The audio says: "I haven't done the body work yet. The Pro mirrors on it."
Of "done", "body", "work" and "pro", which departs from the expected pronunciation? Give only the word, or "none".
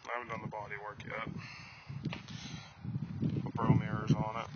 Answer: pro